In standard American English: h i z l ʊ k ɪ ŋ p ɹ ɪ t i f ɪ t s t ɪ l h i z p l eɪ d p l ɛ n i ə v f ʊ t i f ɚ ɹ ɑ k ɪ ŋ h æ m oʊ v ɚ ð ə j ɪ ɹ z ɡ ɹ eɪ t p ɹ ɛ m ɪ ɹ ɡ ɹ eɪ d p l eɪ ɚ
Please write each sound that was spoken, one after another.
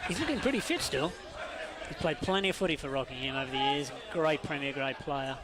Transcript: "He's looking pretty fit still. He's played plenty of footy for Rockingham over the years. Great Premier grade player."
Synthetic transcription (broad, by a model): h i z l ʊ k ɪ ŋ p ɹ ɪ t i f ɪ t s t ɪ l h i z p l eɪ d p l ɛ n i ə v f ʊ t i f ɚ ɹ ɑ k ɪ ŋ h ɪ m oʊ v ɚ ð ə j ɪ ɹ z ɡ ɹ eɪ t p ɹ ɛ m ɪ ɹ ɡ ɹ eɪ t p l eɪ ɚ